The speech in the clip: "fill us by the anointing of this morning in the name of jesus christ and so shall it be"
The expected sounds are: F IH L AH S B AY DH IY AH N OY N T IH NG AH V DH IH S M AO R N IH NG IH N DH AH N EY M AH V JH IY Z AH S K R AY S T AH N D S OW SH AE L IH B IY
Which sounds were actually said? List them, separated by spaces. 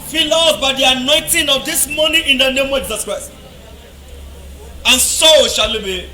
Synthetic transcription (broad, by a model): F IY L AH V B AY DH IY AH N OY N T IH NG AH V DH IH S M AO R N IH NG IH N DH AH N EY M AH V JH IY Z AH S K R AY S T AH N S OW SH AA L IH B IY